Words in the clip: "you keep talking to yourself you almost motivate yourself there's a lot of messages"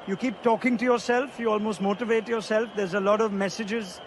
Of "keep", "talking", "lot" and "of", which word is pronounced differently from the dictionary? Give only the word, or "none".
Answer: none